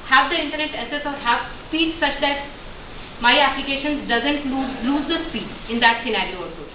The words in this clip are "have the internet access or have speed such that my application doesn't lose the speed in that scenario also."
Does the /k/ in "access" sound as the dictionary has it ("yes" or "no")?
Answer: no